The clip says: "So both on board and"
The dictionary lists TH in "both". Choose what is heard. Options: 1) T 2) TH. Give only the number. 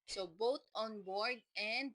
1